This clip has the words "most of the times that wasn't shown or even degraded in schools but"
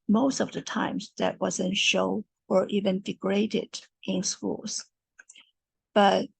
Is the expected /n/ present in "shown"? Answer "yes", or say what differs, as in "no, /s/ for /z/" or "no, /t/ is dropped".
no, /n/ is dropped